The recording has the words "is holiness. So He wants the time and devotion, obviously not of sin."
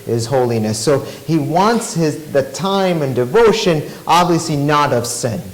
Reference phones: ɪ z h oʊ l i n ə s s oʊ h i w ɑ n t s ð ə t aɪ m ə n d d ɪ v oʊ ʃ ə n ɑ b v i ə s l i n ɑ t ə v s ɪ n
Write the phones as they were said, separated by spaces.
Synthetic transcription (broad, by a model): ɪ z h oʊ l i n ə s s oʊ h i w ɑ n t s ð ə t aɪ m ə n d d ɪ v oʊ ʃ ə n ɑ b v i ə s l i n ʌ t ə v s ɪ n